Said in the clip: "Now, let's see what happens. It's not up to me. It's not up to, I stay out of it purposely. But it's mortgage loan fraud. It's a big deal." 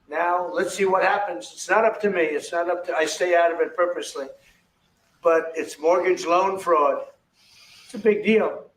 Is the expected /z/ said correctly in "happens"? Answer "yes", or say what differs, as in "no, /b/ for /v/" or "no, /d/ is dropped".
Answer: yes